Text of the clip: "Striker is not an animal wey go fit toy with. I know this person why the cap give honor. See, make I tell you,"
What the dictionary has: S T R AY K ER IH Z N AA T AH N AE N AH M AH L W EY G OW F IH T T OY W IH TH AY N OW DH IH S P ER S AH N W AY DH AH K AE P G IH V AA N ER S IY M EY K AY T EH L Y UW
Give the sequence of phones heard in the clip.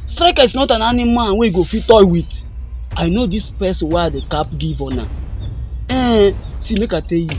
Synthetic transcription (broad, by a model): S T R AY K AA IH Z N AA T AH N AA N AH M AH N W EY G OW F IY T T OY W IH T AY N OW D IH S P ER S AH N W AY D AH K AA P G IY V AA N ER S IY M EY K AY T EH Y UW